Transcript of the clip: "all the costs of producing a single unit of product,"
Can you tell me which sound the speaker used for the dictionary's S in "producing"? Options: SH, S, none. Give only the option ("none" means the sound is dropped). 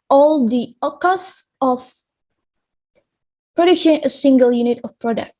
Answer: SH